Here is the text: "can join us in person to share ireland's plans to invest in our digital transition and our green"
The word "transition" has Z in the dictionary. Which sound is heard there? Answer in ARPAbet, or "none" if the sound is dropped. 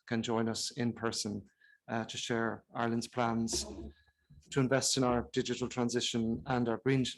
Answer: Z